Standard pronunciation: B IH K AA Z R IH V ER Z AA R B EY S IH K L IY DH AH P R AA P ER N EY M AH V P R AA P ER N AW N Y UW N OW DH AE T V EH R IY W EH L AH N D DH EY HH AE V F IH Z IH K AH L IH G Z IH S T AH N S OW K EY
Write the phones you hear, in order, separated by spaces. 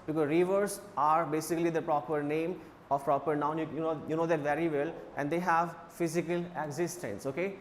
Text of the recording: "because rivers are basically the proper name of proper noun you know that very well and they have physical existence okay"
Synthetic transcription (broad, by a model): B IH K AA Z R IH V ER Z AA R B EY S IH K L IY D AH P R AA P ER N EY M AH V P R AA P ER N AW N Y UW N OW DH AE T V EH R IY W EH L AH N D EY HH AE V F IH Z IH K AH L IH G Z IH S T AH N S OW K EY